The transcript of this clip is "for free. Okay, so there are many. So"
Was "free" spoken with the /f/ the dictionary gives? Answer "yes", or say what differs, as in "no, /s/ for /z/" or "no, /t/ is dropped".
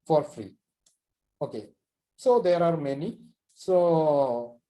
yes